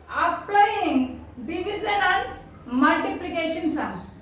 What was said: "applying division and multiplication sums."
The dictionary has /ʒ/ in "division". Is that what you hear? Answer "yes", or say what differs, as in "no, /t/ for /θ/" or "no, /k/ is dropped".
no, /z/ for /ʒ/